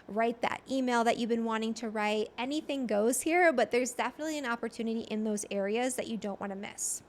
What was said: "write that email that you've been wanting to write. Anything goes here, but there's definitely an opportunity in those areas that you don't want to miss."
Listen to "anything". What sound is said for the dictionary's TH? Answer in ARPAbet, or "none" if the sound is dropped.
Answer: TH